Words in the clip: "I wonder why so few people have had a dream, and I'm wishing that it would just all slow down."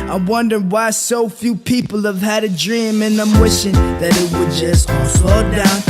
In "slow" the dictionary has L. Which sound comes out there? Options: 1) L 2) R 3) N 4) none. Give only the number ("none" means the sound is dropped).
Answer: 4